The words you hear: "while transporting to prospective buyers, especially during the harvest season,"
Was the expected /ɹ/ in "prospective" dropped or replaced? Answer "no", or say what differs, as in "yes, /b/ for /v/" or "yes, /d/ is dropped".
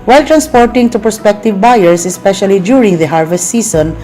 yes, /ɹ/ is dropped